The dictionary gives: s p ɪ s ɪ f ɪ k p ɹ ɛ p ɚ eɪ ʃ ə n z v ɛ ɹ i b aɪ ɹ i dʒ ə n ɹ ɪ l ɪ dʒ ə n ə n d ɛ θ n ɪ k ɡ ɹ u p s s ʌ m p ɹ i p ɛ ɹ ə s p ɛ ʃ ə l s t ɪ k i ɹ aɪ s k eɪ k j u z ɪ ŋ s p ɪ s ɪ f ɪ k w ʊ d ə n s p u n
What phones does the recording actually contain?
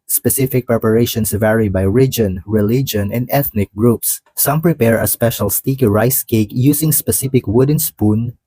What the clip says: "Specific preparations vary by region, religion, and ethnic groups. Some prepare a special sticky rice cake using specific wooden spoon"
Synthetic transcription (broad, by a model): s p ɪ s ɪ f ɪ k p ɹ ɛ p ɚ eɪ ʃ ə n s v ɛ ɹ i b aɪ ɹ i dʒ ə n ɹ ɪ l ɪ dʒ ə n ə n d ɛ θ n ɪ k ɡ ɹ u p s s ʌ m p ɹ i p ɛ ɹ ə s p ɛ ʃ ə l s t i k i ɹ aɪ s k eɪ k j u s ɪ ŋ s p ɪ s ɪ f ɪ k w ʊ d ə n s p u n